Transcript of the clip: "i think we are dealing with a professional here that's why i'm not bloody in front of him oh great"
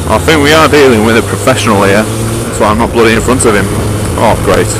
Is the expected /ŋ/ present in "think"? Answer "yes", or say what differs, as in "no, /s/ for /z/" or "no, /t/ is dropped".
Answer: yes